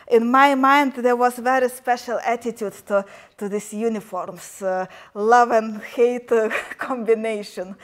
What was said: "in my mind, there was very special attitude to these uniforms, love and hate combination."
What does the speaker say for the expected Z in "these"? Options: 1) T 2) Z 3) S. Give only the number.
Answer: 3